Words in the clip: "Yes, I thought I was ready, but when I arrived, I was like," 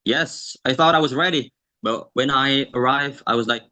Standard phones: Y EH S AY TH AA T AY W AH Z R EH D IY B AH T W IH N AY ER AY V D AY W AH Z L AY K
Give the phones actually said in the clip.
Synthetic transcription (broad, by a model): Y EH S AY TH AA T AY W AH Z R EH D IY B AH T W IH N AY ER AY V D AY W AH Z L AY K